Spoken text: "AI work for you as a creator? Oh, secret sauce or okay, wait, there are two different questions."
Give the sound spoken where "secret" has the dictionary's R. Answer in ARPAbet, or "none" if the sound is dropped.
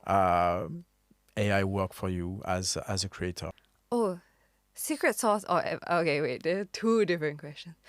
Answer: R